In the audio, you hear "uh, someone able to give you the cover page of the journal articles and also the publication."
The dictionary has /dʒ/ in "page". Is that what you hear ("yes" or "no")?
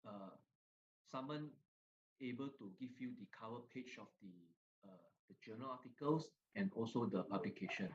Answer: no